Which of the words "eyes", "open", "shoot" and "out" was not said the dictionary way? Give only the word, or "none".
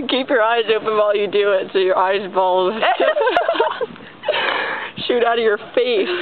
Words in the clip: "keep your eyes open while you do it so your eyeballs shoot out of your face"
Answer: open